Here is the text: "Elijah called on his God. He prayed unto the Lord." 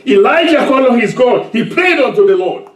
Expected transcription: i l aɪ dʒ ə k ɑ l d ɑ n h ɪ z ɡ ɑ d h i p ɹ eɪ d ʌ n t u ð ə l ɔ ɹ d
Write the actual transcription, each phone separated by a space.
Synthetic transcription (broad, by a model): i l aɪ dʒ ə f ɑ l ɑ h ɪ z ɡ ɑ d h i p ɹ eɪ d ʌ n t u ð ə l ɔ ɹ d